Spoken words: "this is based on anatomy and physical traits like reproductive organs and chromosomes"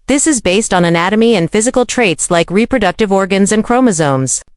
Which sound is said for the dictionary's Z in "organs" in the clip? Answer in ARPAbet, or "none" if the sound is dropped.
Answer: Z